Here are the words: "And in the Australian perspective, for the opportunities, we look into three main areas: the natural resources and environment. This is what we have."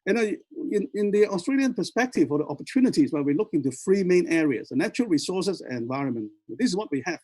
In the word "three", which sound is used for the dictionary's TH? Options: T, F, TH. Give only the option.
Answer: F